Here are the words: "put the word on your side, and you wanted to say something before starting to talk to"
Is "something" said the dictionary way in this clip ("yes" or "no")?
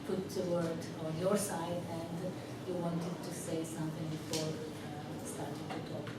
no